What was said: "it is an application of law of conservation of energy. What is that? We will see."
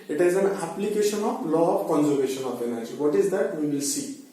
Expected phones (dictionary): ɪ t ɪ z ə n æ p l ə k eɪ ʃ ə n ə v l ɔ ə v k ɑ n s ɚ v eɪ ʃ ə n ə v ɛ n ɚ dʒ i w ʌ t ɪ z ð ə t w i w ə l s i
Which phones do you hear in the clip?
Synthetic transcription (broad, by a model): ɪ t ɪ z ə n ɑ p l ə k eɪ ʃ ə n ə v l ɔ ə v k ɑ n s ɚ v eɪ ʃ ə n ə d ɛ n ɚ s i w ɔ t ɪ z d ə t w i w ə l s i